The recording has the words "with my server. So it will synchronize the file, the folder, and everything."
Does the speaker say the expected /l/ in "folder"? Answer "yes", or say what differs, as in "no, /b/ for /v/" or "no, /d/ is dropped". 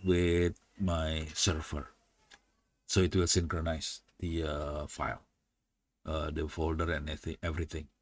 yes